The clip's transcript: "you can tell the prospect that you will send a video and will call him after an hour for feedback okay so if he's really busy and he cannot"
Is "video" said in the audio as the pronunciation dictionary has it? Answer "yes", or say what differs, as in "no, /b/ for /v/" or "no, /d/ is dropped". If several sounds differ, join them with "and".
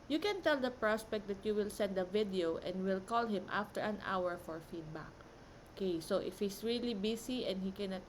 yes